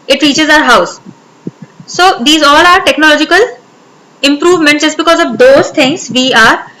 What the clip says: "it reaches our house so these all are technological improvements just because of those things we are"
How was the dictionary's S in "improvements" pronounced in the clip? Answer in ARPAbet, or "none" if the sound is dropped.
none